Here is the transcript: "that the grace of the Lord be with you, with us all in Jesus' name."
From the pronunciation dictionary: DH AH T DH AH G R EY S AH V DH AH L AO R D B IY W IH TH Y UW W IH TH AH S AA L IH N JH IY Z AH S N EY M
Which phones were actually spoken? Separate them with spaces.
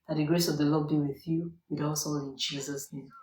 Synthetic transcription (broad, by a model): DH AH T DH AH G R EY S AH V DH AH L AO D B IY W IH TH Y UW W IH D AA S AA N IH N JH IY Z AH S N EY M